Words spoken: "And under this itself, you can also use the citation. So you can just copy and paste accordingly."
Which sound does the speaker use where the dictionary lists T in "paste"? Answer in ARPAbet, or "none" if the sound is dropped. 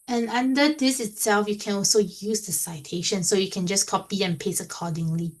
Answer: none